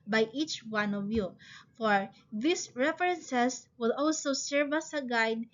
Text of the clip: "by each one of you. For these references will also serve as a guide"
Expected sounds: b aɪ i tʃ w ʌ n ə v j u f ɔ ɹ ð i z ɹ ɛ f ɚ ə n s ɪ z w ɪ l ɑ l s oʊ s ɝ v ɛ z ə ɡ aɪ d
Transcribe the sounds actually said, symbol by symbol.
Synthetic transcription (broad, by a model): b aɪ i tʃ w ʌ n ə v j u f ɔ ɹ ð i s ɹ ɛ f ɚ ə n s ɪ s w ɪ l ɑ l s oʊ s ɝ v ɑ s ə ɡ aɪ d